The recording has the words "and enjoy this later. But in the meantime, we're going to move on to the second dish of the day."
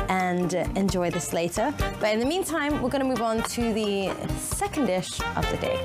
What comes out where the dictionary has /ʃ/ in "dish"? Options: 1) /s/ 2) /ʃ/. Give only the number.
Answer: 2